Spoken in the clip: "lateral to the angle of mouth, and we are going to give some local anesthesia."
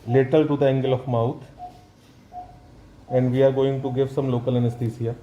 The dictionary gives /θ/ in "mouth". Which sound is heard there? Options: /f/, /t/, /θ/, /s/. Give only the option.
/t/